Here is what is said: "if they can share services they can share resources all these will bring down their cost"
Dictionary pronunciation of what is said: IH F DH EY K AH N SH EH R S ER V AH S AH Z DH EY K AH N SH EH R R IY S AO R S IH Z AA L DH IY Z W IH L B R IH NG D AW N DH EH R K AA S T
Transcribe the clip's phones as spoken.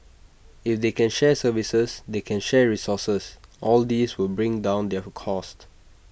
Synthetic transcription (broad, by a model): IH F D EY K AH N SH EH S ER V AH S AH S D EY K AH N SH EH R R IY S AO S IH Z AA L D IY S W IH L B R IH NG D AW N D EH K AA S T